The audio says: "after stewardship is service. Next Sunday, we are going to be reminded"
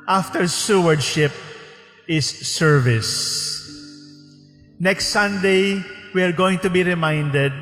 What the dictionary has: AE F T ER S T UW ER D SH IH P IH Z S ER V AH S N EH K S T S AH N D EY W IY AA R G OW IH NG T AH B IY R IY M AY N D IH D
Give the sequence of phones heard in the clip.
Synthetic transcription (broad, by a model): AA F T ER S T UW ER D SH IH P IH S ER V AH S N EH K S T S AH N D EY W IY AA R G OW IH NG T AH B IY R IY M AY N D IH D